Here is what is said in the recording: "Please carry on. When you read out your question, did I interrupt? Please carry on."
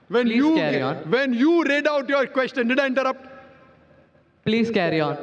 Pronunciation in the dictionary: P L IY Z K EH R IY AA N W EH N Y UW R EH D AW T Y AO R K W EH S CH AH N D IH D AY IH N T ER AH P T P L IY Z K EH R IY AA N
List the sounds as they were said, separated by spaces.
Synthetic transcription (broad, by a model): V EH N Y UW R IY AA N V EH N Y UW R EH D AW T Y AO R K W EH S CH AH N D IH D AY IH N T ER AH P T P L IY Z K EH R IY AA N